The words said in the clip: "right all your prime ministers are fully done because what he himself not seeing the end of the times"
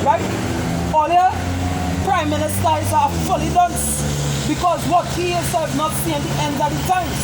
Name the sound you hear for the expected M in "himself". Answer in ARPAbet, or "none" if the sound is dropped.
none